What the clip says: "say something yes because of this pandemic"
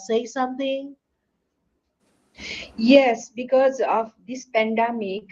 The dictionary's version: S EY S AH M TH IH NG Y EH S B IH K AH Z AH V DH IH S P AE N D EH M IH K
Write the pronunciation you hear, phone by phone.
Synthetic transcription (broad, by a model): S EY S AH M T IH NG Y EH S B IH K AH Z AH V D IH S P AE N D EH M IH K